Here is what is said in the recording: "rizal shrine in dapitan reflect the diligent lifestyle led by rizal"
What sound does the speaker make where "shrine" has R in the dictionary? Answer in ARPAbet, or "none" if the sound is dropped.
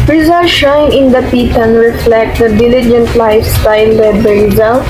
none